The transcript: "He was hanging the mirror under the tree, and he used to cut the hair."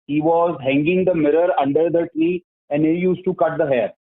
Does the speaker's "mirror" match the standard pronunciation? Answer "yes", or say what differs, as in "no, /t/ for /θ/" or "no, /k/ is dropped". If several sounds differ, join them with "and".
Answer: yes